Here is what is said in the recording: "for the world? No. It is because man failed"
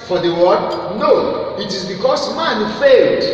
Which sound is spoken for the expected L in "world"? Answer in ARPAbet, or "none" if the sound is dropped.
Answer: none